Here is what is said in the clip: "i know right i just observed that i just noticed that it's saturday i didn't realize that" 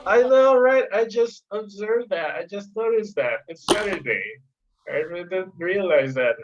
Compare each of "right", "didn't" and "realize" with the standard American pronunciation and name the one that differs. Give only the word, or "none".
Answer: none